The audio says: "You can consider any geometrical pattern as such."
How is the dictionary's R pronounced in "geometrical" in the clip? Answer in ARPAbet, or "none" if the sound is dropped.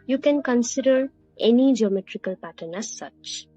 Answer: R